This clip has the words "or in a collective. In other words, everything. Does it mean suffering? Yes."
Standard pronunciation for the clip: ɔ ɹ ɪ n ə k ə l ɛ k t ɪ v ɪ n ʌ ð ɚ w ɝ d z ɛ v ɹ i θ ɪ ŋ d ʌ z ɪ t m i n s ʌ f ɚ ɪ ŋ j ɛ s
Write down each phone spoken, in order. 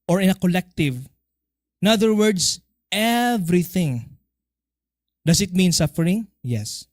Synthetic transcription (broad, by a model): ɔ ɹ ɪ n ə k ə l ɛ k t ɪ v ɪ n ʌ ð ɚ w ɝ d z ɛ v ɹ i θ ɪ ŋ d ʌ s ɪ t m i n s ʌ f ɚ ɪ ŋ j ɛ s